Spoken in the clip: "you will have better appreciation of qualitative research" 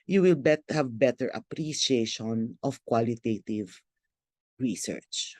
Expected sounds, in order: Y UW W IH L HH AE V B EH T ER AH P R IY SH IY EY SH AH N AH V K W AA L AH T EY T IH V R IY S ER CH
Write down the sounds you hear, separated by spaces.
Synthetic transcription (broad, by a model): Y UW W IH L HH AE V B EH T ER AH P R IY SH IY EY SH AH N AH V K W AA L AH T EY T IH V R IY S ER CH